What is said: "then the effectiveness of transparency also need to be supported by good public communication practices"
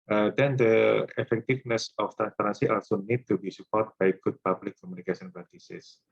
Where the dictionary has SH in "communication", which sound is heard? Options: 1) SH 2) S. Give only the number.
2